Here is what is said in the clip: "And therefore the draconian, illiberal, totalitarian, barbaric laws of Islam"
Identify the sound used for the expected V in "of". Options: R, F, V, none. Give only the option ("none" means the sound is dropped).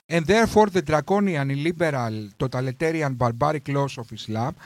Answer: F